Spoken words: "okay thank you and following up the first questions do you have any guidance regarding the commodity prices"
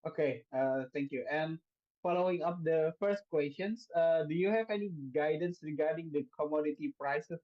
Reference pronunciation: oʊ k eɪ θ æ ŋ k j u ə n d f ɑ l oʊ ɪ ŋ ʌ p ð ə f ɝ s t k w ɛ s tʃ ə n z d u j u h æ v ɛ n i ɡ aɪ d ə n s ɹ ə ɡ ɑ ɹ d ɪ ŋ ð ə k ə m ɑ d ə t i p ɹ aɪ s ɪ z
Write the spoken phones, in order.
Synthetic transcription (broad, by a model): oʊ k eɪ t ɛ ŋ k j u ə n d f ɑ l oʊ ɪ ŋ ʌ p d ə f ɝ s t k w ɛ s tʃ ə n s d u j u h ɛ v ɛ n i ɡ aɪ d ə n s ɹ ə ɡ ɑ ɹ d ɪ ŋ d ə k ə m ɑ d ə t i p ɹ aɪ s